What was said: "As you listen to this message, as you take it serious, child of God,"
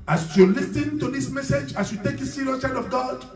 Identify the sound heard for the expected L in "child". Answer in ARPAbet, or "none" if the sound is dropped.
none